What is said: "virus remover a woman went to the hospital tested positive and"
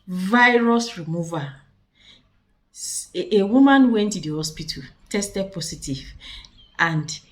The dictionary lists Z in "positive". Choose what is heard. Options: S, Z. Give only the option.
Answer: S